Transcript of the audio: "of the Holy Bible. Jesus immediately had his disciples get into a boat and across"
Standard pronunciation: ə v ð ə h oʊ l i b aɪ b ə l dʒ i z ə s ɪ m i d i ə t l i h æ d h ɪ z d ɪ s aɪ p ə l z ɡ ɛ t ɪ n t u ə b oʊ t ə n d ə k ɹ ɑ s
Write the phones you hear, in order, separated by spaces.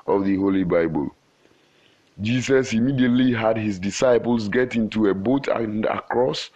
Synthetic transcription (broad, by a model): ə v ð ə h oʊ l i b aɪ b ə l dʒ i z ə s ɪ m i d i ə t l i h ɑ d h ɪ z d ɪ s aɪ p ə l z ɡ ɛ t ɪ n t u ə b oʊ t ə n d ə k ɹ ɑ s